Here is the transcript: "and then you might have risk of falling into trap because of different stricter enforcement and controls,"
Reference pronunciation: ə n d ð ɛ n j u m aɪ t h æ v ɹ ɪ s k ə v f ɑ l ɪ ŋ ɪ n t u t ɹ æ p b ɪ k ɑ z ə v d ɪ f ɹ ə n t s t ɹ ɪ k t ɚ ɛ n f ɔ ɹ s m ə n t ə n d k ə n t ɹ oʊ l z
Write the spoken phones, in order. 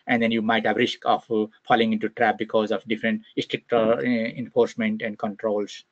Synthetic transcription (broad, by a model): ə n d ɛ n j u m aɪ t h æ v ɹ ɪ s k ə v f ɑ l ɪ ŋ ɪ n t u t ɹ æ p b ɪ k ɑ z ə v d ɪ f ɹ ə n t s t ɹ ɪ k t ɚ ɛ n f ɔ ɹ s m ə n t ə n d k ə n t ɹ oʊ l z